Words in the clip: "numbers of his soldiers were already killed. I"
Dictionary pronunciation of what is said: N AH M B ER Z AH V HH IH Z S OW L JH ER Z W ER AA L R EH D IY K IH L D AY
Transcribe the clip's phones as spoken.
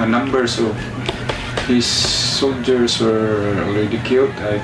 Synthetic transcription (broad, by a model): N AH M B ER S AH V HH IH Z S OW L JH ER S W ER AA L R EH D IY K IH L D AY